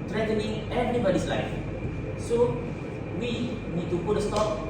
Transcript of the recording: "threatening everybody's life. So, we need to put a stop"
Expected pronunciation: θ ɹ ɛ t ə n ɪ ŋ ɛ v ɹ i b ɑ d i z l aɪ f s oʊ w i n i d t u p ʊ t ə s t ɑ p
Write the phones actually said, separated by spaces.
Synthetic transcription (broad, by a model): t ɹ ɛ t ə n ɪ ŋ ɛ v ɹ i b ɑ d i s l aɪ f s oʊ w i n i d t u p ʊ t ə s t ɑ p